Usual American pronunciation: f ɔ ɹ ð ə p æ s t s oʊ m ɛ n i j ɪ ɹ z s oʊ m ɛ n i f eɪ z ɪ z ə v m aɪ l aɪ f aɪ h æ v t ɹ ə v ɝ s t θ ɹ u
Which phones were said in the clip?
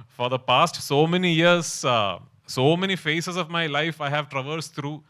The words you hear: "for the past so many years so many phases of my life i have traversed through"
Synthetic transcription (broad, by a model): f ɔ ɹ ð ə p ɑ s t s oʊ m ɛ n i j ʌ ɹ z s oʊ m ɛ n i f eɪ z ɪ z ə v m aɪ l aɪ f aɪ h æ v t ɹ ə v ɝ s t ɹ u